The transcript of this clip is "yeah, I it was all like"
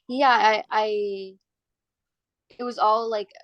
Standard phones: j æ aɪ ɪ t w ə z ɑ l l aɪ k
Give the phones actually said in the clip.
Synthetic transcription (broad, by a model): j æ aɪ ɪ t w ə z ɑ l l aɪ k